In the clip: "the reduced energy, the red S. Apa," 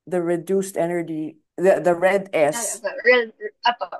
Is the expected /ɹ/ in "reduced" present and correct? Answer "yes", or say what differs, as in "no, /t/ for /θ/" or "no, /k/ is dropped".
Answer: yes